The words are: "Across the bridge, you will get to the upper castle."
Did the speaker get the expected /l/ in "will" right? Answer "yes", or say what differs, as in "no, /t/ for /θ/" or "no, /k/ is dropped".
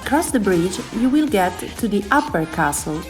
yes